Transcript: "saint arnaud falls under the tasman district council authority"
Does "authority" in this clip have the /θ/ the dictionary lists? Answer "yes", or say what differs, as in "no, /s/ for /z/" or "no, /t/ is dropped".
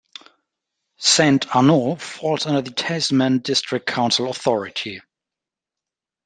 yes